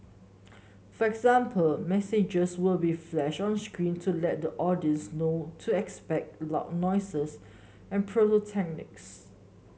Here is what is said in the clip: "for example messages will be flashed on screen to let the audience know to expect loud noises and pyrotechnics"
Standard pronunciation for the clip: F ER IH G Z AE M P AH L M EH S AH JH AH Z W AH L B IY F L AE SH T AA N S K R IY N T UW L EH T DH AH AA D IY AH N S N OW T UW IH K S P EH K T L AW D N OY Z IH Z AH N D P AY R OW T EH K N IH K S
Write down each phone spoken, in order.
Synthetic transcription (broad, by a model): F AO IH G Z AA M P AH L M EH S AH JH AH S W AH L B IY F L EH SH AA N S K R IY N T UW L EH T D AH AA D IY AH N S N OW T UW IH K S P EH K T L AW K N OY S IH S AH N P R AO L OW T EH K N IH K S